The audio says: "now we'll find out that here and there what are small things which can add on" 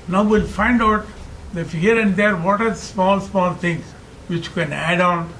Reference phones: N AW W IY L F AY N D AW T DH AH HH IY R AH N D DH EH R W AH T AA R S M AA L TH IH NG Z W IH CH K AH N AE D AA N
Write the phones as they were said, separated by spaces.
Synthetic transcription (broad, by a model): N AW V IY L F AY N D AW T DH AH HH IY R AH N D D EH R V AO T AA L S M AA L T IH NG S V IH CH K AH N AE D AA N